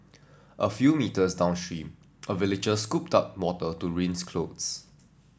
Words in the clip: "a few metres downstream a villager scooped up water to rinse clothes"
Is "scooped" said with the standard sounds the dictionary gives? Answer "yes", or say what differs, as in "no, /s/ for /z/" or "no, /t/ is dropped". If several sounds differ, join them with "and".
yes